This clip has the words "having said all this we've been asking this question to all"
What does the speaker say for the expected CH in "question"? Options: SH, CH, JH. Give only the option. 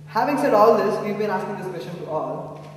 SH